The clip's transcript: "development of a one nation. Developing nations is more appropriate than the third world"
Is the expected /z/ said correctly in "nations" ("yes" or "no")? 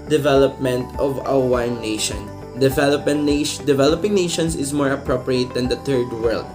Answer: no